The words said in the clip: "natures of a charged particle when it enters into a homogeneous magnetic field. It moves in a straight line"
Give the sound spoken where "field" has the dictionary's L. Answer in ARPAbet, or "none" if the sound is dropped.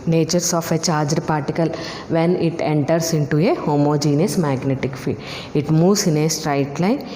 none